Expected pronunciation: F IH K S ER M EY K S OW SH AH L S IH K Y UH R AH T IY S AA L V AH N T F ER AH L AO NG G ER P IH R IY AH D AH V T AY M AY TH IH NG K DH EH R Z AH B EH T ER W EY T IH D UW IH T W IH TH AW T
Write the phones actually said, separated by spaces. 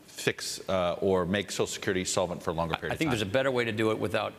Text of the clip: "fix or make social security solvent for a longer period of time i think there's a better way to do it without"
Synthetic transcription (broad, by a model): F IH K S ER M EY K S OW AH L S IH K Y UH R AH T IY S AA L V AH N T F ER AH L AO NG G ER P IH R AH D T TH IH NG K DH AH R Z AH B EH T ER W EY T IH D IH IH T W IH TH AW T